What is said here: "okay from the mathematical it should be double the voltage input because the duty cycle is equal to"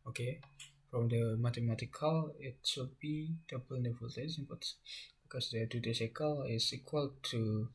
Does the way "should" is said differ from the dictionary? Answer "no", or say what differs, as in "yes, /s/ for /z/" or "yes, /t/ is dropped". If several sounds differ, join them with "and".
yes, /s/ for /ʃ/